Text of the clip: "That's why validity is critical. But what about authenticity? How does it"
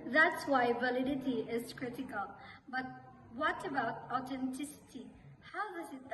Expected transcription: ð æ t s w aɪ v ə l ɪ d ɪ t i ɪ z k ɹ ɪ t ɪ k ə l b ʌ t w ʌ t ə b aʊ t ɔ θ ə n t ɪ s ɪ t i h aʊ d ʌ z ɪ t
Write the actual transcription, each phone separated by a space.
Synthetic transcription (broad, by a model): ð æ t s w aɪ v ə l ɪ d ɪ t i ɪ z k ɹ ɪ t ɪ k ə l b ʌ t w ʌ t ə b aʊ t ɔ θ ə n t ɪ s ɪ t i h aʊ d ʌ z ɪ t